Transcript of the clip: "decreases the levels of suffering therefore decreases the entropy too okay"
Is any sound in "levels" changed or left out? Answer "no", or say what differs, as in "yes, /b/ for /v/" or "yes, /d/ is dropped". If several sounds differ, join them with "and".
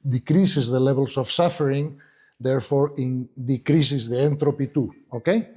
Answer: yes, /b/ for /v/ and /s/ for /z/